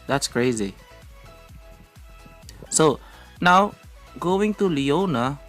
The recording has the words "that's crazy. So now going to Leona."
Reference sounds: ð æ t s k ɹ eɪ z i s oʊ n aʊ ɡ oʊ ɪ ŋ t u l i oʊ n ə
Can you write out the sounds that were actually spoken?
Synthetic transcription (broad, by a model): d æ t s k ɹ eɪ z i s oʊ n aʊ ɡ oʊ ɪ ŋ t u l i oʊ n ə